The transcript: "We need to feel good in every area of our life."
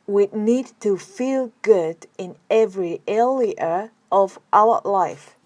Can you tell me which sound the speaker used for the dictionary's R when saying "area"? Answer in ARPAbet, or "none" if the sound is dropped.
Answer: L